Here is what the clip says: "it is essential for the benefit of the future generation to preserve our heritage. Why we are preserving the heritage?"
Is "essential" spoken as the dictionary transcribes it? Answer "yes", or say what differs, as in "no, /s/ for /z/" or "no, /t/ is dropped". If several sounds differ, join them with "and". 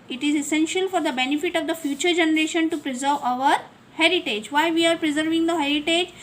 yes